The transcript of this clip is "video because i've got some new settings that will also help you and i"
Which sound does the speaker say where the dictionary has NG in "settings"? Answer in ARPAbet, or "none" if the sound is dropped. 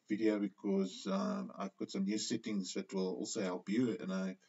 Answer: NG